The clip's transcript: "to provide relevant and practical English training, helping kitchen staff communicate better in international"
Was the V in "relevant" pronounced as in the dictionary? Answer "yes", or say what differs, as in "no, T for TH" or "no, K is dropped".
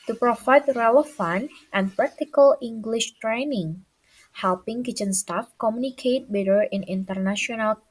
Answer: no, F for V